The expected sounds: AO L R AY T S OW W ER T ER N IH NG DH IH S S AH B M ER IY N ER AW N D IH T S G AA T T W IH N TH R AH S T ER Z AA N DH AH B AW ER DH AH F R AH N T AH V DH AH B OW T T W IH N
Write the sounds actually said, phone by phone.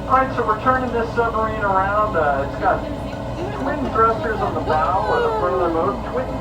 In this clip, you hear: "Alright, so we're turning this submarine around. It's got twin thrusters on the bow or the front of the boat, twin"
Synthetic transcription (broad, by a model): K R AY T S OW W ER T ER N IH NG DH IH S S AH M ER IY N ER AW N D IH T S G AA T T W IH N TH R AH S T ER Z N DH AH B AW ER DH AH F AH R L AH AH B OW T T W IH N